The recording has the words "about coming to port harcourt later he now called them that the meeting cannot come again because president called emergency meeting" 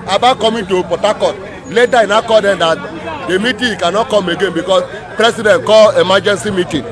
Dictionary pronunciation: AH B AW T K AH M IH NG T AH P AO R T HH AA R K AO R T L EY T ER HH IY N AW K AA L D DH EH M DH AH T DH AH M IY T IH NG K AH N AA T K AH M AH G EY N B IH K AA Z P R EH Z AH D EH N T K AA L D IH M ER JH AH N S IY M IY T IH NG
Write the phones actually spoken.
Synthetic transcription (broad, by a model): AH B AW K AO M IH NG T AH P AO T AA K AO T L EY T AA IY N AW K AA D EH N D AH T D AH M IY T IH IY K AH N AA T K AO M AH G EY N B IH K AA S P R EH S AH D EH N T K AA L IH M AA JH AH N S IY M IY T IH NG